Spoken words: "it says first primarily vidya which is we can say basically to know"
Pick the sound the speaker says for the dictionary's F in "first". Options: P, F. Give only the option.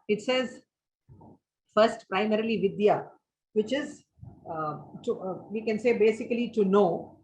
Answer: F